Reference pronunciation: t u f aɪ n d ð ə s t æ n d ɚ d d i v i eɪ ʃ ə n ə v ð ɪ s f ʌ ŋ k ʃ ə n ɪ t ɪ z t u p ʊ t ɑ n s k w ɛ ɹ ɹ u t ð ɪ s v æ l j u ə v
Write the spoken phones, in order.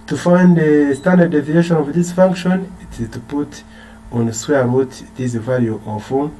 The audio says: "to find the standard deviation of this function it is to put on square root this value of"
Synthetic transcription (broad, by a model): t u f aɪ n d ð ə s t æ n d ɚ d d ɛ v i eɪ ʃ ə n ə v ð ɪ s f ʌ ŋ k ʃ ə n ɪ t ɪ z t u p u t ɑ n s w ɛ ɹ ɹ u t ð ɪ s v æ l j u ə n